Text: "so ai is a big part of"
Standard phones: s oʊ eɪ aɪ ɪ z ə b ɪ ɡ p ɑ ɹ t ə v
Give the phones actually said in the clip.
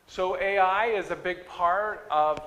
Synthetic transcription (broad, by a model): s oʊ eɪ aɪ ɪ z ə b ɪ ɡ p ɑ ɹ t ə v